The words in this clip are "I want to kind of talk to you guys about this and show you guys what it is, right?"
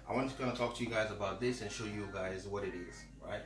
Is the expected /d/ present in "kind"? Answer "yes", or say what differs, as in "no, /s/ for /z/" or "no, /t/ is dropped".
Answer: no, /d/ is dropped